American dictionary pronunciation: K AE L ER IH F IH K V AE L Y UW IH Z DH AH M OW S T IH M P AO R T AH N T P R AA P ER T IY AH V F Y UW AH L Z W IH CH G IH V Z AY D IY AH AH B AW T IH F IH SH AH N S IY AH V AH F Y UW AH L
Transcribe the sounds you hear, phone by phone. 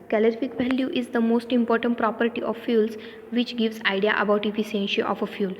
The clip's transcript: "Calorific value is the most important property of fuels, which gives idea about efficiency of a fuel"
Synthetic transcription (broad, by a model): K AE L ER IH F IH K V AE L Y UW IH Z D AH M OW S T IH M P AO R T AH N T P R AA P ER T IY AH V F Y UW L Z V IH CH G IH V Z AY D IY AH AH B AW T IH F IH S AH N SH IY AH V AH F Y UW L